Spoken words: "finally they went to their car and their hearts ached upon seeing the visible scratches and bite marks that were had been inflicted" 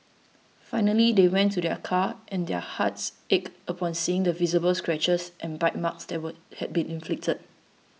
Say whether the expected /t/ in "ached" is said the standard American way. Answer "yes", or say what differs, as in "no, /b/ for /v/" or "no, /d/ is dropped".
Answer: no, /t/ is dropped